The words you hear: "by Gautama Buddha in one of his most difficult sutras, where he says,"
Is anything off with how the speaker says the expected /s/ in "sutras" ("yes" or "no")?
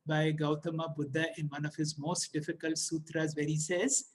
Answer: no